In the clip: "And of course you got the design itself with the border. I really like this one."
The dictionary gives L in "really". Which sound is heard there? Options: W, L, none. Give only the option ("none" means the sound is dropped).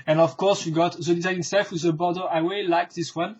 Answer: W